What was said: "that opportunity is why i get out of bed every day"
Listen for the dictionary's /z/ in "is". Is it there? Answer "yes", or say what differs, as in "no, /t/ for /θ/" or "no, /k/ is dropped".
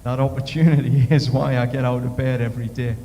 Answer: yes